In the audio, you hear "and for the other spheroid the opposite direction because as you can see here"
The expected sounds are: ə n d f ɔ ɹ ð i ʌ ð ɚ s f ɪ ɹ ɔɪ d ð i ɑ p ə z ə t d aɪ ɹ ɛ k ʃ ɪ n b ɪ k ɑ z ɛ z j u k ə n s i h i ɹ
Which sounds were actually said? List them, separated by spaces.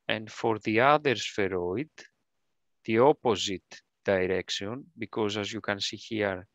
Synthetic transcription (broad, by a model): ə n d f ɔ ɹ ð i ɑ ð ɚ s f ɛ ɹ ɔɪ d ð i ɑ p ə z ə t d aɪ ɹ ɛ k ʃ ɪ n b ɪ k ɑ z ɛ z j u k ə n s i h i ɹ